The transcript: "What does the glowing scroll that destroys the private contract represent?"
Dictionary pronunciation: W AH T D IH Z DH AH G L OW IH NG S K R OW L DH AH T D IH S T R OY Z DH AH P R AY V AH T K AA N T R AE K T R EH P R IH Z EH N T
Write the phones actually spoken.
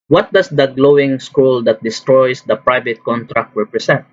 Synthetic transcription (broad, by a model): W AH T D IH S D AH G L OW IH NG S K UW L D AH T D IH S T R OY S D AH P R AY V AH T K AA N T R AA K T R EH P R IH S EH N T